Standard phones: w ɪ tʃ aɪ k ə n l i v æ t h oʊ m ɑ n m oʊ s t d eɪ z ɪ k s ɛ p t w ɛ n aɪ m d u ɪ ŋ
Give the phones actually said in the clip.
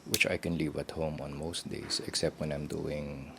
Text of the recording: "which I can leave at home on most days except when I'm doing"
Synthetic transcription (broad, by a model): w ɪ tʃ aɪ k ə n l i v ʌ t h oʊ m ɑ n m oʊ s t d eɪ s ɪ k s ɛ p t w ɛ n aɪ m d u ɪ ŋ